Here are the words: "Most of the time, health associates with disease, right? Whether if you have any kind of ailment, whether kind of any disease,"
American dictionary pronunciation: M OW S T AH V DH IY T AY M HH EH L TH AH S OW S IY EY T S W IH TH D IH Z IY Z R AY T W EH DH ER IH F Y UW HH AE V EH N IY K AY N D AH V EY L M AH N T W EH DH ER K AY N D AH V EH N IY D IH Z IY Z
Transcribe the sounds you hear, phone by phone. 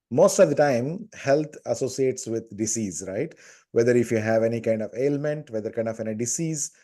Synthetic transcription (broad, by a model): M OW S T AH V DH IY T AY M HH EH L T AH S OW S IY EY T S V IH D D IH S IY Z R AY T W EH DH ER IH F Y UW HH AE V EH N IY K AY N D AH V EY L M AH N T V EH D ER K AY N D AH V EH N IY D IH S IY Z